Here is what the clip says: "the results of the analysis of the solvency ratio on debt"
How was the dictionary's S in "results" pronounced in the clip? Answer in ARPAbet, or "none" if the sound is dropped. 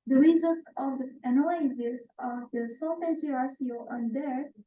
S